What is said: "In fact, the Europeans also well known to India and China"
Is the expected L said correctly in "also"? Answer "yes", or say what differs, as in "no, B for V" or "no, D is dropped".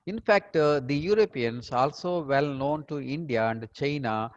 yes